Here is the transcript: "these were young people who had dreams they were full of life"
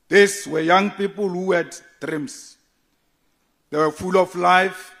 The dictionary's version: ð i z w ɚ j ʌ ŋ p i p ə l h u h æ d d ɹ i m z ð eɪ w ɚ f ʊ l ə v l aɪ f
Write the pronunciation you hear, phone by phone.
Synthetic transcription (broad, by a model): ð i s w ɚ j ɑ ŋ p i p ə l h u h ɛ d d ɹ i m s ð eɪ w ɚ f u l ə f l aɪ f